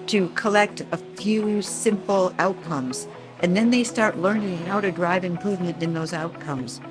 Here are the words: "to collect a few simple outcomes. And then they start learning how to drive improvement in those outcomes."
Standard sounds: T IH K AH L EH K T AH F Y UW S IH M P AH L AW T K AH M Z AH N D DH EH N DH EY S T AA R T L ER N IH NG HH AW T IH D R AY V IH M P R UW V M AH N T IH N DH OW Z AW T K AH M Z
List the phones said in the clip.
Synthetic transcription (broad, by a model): T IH K AH L EH K T AH F Y UW S IH M P L AW T K AH M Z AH N DH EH N DH EY S T AA R T L ER N IH NG HH AW T IH D R AY V IH M P R UW V M AH N T IH N DH OW Z AW T K AH M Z